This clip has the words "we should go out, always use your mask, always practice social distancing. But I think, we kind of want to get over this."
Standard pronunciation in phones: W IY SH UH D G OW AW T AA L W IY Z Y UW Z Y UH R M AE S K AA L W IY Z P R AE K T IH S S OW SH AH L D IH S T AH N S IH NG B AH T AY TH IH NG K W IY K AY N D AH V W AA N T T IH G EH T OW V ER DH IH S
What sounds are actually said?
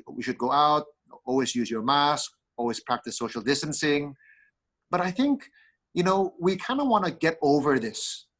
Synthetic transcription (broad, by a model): W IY SH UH D G OW AW T AA L W IY Z Y UW Z Y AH R M AE S K AA L W IY Z P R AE K T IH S S OW SH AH L D IH S T AH N S IH NG B AH T AY TH IH NG K W IY K AY N D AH W AA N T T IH G EH T OW V ER DH IH S